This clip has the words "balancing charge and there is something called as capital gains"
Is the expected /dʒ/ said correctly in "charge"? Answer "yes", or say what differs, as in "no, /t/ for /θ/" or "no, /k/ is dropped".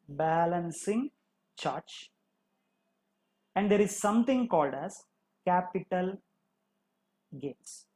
no, /tʃ/ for /dʒ/